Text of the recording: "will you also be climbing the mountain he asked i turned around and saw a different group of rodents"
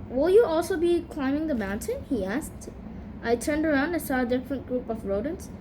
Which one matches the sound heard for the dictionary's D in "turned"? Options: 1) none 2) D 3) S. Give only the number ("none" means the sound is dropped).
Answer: 2